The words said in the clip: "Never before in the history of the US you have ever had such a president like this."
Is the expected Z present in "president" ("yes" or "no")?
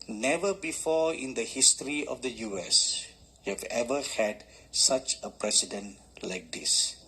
no